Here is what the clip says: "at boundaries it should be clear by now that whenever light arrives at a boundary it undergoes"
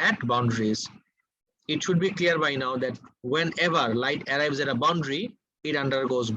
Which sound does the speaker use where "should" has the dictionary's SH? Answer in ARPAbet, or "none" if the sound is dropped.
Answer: SH